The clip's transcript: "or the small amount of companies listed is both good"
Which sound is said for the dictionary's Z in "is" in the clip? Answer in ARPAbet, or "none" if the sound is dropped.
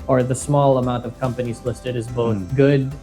Z